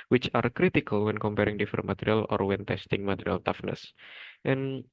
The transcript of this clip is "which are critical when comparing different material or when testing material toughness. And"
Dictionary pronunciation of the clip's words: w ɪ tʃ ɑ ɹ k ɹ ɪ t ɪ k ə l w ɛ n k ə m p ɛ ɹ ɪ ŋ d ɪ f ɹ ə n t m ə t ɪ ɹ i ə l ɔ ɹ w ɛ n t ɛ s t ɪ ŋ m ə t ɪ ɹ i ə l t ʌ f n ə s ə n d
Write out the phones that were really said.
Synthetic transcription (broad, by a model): w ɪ tʃ ɑ ɹ k ɹ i t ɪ k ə l w ɛ n k ə m p ɛ ɹ ɪ ŋ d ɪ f ə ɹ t m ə t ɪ ɹ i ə l ɔ ɹ w ɛ n t ɛ s t ɪ ŋ m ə t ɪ ɹ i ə l t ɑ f n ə s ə n